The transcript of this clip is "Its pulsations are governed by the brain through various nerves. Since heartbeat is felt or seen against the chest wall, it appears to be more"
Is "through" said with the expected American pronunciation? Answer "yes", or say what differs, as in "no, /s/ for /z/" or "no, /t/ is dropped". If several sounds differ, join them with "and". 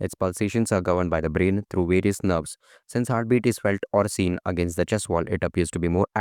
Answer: no, /t/ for /θ/